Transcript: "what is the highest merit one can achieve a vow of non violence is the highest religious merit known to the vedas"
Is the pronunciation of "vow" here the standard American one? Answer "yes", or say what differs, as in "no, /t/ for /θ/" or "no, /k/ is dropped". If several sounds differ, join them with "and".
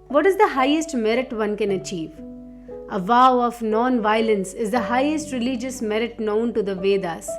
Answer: yes